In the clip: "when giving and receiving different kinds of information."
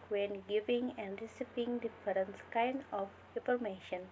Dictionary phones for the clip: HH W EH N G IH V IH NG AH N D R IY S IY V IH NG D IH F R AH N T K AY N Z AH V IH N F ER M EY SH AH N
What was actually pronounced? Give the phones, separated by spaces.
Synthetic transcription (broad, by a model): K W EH N G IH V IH NG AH N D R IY S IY P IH NG D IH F R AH N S K AY N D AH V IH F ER M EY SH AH N